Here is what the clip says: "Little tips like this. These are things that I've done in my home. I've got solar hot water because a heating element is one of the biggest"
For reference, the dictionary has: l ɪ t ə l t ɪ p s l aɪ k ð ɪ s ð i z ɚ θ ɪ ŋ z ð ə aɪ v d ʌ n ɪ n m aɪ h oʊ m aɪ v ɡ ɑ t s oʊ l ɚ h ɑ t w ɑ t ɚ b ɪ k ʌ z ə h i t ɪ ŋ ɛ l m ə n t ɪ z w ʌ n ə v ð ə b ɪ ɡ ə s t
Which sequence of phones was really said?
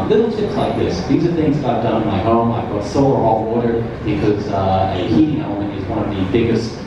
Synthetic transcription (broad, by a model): l ɪ t l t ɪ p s l aɪ k ð ɪ s ð i z ɚ θ ɪ ŋ z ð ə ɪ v d ʌ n ɪ n m aɪ h oʊ m aɪ v ɡ ɑ t s oʊ l ɚ ɑ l w ɑ t ɚ b ɪ k ʌ z ə h i t ɪ ŋ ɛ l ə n ɪ z w ʌ n ə v ð ə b ɪ ɡ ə s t